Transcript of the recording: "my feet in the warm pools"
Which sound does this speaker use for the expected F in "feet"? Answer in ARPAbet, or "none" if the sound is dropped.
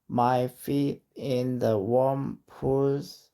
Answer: F